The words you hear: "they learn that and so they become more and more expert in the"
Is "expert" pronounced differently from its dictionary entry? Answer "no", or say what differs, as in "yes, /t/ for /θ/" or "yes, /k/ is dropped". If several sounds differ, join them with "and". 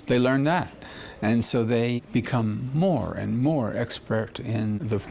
no